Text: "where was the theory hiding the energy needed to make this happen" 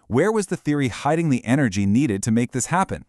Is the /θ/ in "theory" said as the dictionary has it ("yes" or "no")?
yes